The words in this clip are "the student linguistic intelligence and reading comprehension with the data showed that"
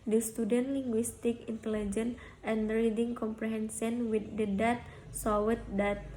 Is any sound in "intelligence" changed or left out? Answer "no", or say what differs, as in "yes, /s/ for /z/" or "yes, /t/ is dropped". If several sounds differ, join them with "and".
yes, /s/ is dropped